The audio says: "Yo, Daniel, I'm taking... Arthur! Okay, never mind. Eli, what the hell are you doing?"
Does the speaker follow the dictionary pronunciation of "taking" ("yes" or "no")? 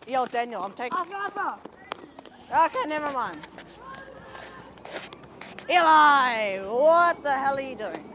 no